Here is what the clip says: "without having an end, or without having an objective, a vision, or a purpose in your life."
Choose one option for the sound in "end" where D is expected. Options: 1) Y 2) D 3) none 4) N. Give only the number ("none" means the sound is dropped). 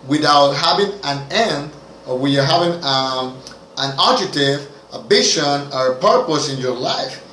2